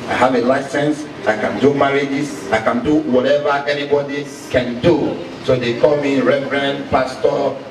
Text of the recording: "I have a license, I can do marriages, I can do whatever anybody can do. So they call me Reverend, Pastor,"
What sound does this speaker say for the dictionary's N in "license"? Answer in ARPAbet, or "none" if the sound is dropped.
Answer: N